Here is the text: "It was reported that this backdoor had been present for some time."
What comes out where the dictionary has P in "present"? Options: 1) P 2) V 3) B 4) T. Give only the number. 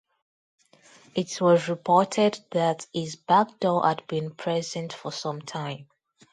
1